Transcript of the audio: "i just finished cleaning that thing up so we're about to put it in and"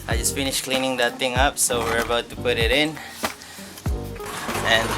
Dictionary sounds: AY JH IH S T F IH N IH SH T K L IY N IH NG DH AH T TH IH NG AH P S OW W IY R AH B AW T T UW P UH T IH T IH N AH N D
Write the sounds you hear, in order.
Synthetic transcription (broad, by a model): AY JH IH S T F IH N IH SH K L IY N IH NG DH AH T T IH NG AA P S OW W IY R AH B AW T T UW P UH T IH T IH N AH N